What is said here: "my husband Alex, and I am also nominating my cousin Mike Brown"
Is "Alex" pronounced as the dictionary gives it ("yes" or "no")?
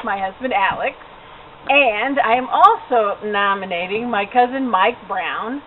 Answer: yes